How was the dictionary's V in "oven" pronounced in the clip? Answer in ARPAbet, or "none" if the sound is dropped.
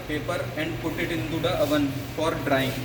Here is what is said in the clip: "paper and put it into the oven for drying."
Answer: V